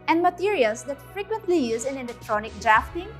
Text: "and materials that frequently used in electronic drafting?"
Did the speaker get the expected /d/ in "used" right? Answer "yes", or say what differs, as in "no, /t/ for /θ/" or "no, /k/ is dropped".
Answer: no, /d/ is dropped